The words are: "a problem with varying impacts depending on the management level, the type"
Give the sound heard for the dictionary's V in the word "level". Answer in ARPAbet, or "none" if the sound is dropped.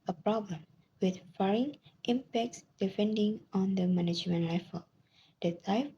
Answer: F